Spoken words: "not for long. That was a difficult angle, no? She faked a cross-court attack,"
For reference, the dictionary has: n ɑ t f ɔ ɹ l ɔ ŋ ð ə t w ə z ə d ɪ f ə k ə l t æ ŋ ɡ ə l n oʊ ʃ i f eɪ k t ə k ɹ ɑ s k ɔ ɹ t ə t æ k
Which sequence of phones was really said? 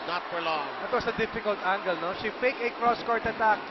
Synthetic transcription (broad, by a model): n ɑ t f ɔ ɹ l ɔ ŋ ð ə t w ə s ə d ɪ f ə k ə l t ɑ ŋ ɡ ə l n oʊ ʃ i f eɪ k ə k ɹ ɑ s k ɔ ɹ t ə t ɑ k